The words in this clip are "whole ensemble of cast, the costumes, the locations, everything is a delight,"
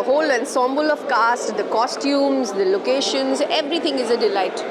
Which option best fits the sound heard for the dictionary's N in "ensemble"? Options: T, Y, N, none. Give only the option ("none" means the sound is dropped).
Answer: N